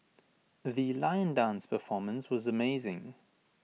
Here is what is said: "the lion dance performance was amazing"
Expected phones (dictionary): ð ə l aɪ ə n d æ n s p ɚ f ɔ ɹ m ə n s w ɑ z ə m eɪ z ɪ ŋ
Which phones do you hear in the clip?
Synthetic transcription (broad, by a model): ð ə l aɪ ə n d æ n s p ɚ f ɔ m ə n s w ɑ z ə m eɪ z ɪ ŋ